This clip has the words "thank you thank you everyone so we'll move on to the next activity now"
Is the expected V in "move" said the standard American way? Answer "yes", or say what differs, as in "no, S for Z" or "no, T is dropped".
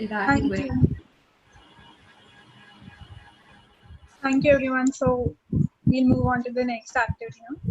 yes